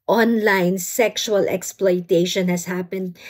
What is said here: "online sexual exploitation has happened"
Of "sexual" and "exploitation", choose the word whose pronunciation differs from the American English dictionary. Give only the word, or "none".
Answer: none